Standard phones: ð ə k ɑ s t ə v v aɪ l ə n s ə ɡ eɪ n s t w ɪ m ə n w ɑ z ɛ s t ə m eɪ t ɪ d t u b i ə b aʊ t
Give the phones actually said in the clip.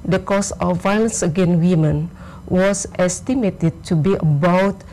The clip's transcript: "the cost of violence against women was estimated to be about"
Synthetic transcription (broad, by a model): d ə k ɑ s ə f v aɪ l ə n s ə ɡ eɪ n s w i m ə n w ɑ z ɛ s t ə m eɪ t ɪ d t u b i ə b aʊ t